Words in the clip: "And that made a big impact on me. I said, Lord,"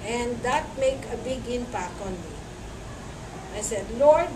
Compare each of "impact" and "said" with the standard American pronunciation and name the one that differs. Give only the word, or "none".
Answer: impact